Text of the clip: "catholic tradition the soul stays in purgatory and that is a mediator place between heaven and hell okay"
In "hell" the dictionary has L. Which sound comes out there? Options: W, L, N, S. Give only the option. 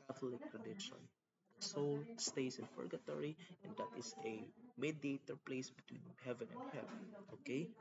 N